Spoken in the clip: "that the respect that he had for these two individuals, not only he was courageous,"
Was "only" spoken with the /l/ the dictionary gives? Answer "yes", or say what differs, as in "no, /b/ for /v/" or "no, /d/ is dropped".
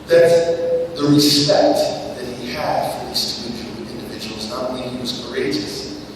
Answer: no, /l/ is dropped